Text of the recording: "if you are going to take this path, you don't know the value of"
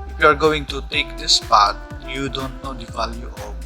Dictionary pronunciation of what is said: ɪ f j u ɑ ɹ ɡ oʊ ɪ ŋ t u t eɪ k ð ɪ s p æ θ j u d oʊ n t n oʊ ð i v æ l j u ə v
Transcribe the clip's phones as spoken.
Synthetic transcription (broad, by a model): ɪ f j u ɑ ɹ ɡ oʊ ɪ ŋ t u t eɪ k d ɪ s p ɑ t j u d oʊ n t n oʊ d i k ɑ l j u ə